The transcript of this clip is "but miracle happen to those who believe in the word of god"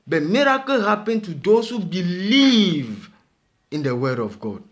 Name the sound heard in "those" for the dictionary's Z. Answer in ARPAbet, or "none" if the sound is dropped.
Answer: S